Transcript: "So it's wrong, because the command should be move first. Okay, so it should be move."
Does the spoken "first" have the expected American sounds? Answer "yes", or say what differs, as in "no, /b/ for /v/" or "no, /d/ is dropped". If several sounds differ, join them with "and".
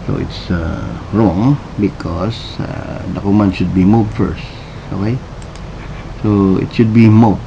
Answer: yes